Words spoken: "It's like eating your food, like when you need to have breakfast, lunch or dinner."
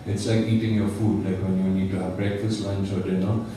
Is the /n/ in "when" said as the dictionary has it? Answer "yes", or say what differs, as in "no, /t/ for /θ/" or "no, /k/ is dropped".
yes